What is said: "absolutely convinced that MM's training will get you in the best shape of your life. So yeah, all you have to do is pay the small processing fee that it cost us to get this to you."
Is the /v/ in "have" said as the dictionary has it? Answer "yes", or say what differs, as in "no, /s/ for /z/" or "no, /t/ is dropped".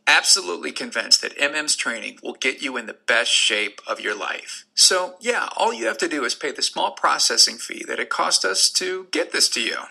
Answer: no, /f/ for /v/